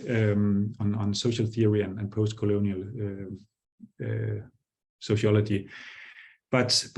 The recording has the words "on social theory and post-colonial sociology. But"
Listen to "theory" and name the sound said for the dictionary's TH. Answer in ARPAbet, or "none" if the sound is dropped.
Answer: TH